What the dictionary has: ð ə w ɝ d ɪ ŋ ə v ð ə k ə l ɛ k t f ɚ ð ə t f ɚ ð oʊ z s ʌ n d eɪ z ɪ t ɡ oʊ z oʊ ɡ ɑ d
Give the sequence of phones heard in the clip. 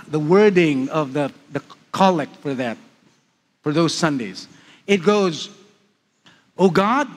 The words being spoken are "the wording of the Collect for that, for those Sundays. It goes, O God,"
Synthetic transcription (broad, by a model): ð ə w ɝ d ɪ ŋ ə v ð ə k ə l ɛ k f ɚ ð ə t f ɚ ð oʊ z s ʌ n d eɪ z ɪ t ɡ oʊ z oʊ ɡ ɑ d